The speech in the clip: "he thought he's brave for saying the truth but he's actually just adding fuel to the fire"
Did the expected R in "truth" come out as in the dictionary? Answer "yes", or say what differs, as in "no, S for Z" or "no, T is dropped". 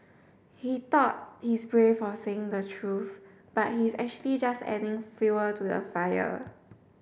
yes